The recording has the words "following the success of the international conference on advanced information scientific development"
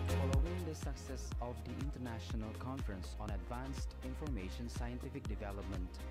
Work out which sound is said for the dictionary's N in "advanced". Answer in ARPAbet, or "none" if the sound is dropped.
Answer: N